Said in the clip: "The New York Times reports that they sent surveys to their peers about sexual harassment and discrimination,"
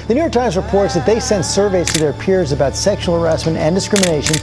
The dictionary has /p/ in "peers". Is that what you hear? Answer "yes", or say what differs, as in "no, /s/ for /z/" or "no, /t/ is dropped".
yes